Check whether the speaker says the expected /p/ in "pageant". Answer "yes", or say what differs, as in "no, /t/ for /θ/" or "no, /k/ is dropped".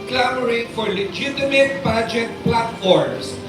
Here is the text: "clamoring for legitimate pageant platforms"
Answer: no, /b/ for /p/